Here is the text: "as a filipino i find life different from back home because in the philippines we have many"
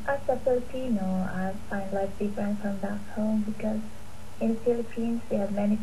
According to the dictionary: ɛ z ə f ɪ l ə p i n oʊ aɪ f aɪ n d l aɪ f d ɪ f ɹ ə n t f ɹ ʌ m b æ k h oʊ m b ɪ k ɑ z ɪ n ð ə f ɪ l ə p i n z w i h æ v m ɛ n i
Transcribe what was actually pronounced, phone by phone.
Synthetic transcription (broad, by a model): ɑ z ə p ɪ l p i n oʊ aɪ f aɪ n d l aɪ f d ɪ f ɹ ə n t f ɹ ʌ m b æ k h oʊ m b ɪ k ɑ z ɪ n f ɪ l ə p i n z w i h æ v m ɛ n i